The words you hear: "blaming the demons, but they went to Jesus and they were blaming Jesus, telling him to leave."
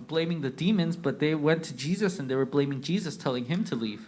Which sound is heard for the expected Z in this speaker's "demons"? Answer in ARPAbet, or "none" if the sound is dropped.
Z